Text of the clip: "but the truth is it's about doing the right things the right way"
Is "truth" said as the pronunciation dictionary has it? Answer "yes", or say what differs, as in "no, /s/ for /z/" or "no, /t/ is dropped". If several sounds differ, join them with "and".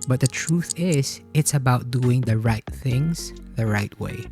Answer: yes